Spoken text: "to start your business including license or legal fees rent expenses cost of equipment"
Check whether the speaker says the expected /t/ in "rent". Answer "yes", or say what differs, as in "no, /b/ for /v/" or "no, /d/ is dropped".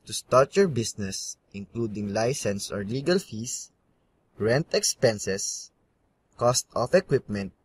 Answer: yes